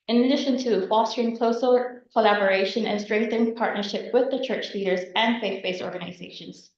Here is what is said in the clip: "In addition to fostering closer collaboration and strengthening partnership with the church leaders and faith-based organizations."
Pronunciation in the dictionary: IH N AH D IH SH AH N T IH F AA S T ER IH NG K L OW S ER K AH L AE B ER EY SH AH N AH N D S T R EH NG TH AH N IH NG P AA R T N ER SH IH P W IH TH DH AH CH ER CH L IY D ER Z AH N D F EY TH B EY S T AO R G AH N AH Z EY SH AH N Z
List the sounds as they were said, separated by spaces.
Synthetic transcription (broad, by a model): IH N AH D IH SH AH N T IH F AA S T ER IH NG K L OW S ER K AH L AE B ER EY SH AH N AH N S T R EH NG TH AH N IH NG P AA R T N ER SH IH P W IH DH AH CH ER CH L IY D ER Z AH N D F EY TH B EY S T AO R G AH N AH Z EY SH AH N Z